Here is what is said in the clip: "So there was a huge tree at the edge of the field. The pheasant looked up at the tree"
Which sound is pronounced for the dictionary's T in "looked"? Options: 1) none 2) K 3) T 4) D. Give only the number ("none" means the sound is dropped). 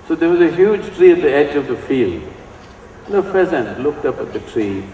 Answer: 3